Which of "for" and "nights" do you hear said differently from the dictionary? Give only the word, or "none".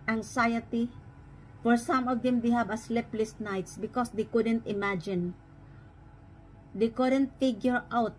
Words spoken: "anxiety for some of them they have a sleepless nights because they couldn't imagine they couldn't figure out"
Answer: none